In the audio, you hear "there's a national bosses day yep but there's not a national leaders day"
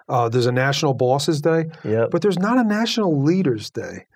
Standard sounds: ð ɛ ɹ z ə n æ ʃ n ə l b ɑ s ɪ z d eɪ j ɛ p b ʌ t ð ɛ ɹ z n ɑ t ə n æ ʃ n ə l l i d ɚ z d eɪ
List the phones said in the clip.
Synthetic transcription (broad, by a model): ð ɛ ɹ z ə n æ ʃ n l b ɑ s ɪ z d eɪ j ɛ b ʌ t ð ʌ ɹ z n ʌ t ə n æ ʃ n l l i d ɚ z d eɪ